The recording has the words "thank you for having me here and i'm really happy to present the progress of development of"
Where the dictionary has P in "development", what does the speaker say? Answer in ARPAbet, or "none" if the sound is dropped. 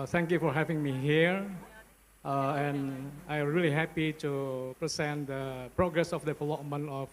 none